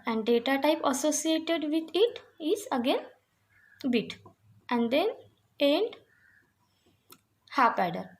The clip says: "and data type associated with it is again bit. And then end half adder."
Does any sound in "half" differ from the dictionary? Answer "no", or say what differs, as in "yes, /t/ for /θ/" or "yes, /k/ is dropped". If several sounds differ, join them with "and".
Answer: yes, /p/ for /f/